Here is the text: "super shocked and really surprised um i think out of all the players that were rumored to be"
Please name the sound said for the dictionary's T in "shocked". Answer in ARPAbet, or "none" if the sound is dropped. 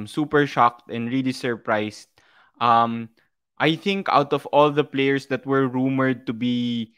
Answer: T